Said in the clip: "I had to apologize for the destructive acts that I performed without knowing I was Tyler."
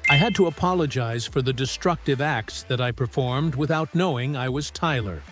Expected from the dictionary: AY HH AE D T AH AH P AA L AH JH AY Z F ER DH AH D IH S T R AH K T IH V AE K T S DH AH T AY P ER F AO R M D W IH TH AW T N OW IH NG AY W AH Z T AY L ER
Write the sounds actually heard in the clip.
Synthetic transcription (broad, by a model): AY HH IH D T AH AH P AA L AH JH AY Z F ER DH AH D IH S T R AH K T IH V AE K T S DH AH T AY P ER F AO R M D W IH TH AW T N OW IH NG AY W AH Z T AY L ER